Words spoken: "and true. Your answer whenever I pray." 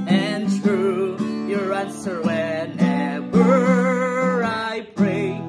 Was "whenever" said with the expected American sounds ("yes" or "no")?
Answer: no